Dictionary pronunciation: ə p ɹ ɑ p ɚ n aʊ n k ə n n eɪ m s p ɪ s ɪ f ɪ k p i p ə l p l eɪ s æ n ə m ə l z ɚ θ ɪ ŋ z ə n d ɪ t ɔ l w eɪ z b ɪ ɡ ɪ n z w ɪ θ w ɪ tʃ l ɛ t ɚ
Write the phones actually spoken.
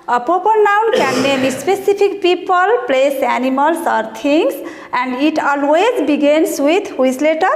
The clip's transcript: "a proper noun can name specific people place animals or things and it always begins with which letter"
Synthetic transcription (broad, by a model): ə p ɑ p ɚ n aʊ n k ə n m eɪ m s p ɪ s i p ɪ k p i p ə l p l eɪ s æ n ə m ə l s ɚ t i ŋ s ə n d ɪ t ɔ l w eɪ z b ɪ ɡ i n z w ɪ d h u s l ɛ t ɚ